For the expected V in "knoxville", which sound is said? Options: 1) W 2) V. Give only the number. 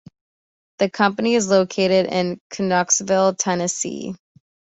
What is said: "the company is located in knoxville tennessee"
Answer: 2